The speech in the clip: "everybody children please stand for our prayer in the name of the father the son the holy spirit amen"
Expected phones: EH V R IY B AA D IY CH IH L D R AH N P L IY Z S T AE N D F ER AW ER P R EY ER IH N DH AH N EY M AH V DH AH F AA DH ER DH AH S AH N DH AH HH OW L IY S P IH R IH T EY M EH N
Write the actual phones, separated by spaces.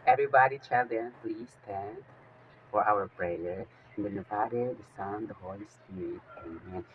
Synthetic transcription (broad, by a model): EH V R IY B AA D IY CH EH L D AH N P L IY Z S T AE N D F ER AW ER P R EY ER IH N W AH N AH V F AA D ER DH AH S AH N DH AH HH OW L IY S P IH R IH T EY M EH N